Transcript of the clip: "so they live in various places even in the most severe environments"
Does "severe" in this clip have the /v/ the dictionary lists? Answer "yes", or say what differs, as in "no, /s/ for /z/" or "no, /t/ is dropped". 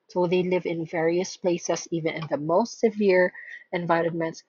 yes